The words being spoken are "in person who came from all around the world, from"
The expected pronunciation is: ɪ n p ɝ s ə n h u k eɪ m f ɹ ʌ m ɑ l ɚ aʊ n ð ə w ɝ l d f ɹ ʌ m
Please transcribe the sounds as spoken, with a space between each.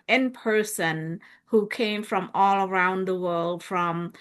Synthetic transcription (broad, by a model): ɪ n p ɝ s ə n h u k eɪ m f ɹ ʌ m ɑ l ɚ aʊ n ð ə w ɝ l d f ɹ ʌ m